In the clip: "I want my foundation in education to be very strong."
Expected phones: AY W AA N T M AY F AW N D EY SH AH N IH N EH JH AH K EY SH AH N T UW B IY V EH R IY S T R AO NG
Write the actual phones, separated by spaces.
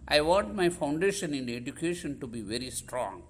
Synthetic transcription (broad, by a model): AY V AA N T M AY F AW N D EY SH AH N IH N EH JH AH K EY SH AH N T UW B IY V EH R IY S T R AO NG